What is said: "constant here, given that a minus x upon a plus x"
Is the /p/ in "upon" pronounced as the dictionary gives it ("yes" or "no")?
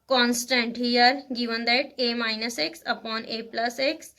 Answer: yes